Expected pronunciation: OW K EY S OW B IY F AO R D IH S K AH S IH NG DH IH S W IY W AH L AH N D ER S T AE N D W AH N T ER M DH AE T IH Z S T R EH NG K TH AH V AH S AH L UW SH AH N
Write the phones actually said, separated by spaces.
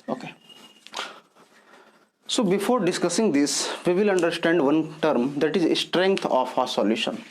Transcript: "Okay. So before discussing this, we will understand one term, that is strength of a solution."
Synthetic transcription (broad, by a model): OW K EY S OW B IY F AO R D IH S K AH S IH NG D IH S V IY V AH L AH N D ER S T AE N D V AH N T ER M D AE T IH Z S T R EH NG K T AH F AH S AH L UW SH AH N